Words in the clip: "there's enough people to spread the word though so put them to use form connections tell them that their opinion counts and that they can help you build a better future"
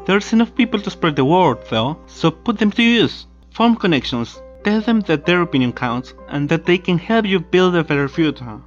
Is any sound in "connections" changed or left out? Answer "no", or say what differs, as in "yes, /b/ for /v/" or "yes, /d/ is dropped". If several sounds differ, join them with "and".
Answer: yes, /s/ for /z/